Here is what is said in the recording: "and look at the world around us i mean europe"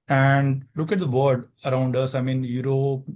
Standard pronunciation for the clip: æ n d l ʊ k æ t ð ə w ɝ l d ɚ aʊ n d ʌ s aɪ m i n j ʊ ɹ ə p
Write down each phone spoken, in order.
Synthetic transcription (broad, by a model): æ n d l ʊ k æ t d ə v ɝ d ɚ aʊ n d ʌ s aɪ m i n j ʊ ɹ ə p